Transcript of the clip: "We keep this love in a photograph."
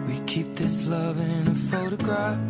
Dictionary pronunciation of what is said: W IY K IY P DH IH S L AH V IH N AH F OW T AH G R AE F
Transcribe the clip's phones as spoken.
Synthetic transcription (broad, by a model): W IY K IY P DH IH S L AH V IH N AH F OW T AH G R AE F